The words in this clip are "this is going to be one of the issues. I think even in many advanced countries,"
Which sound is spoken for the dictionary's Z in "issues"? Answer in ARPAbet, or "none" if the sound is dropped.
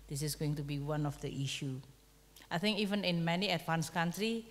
none